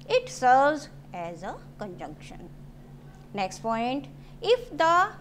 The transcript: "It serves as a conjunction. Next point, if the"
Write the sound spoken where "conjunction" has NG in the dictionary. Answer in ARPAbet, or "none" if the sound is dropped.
NG